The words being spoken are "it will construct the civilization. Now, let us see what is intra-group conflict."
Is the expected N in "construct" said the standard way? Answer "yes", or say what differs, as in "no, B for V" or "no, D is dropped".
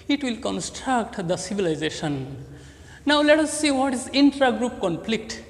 yes